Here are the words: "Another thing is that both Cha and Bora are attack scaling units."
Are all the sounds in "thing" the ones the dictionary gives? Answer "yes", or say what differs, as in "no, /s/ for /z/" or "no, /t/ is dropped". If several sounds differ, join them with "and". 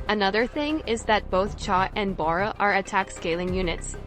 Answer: yes